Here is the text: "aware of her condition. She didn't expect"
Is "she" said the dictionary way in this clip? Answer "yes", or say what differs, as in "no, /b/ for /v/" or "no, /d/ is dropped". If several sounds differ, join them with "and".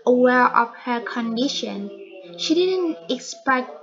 yes